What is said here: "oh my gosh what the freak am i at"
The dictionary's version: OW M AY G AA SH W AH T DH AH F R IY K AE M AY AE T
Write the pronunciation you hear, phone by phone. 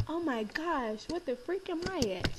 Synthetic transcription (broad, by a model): OW M AY G AA SH W AH T DH AH F R IY K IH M AY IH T